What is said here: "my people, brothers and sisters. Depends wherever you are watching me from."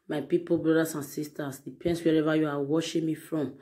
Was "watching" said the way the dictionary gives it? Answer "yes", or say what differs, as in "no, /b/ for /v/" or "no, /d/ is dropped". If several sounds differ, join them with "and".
no, /ʃ/ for /tʃ/